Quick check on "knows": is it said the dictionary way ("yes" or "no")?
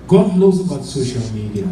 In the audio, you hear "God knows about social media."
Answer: no